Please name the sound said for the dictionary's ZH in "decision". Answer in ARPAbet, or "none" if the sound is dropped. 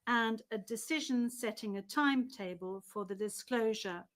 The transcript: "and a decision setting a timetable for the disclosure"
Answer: ZH